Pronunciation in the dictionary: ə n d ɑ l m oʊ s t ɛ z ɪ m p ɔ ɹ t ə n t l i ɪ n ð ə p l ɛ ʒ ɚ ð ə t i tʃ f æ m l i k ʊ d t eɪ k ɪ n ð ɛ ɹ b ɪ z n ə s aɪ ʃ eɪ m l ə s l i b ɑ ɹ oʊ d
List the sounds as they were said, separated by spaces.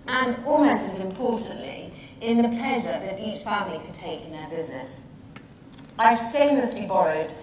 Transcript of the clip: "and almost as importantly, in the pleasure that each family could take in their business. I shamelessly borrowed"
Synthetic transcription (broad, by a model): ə n ɑ l m oʊ s t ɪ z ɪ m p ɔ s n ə t l i ɪ n ð ə p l ɛ ʒ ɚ ð ə t i tʃ f æ m l i k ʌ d t eɪ k ɪ n ð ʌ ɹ b ɪ z n ə s aɪ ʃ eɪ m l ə s l i b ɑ ɹ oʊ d